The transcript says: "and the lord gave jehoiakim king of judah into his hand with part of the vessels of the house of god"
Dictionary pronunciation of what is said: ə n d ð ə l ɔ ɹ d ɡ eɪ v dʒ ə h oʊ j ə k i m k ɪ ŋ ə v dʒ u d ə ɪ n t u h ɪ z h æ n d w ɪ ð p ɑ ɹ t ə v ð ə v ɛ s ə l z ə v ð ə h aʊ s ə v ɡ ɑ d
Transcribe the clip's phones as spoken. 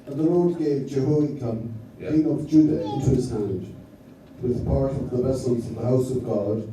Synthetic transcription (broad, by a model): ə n ð ə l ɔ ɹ d ɡ eɪ v dʒ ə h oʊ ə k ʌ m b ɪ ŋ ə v dʒ u d ə ɪ n t u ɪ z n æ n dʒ w ɪ ð p ɑ ɹ t ə v ð ə v ɛ s ə l z ə v ð ə h aʊ s ə v ɡ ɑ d